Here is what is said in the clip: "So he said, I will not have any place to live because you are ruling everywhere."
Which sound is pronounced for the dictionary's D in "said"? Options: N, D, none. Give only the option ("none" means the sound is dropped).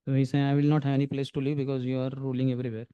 none